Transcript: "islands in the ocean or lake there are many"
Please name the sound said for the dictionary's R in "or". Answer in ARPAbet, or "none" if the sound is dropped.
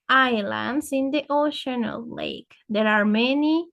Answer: L